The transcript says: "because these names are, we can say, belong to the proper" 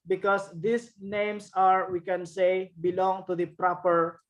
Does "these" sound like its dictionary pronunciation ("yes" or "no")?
no